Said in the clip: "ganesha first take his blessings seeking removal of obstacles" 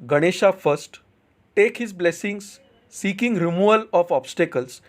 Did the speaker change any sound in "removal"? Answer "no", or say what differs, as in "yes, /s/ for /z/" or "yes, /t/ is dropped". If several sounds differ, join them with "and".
yes, /v/ is dropped